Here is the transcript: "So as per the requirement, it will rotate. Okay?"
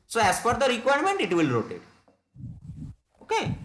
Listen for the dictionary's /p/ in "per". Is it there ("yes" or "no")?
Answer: no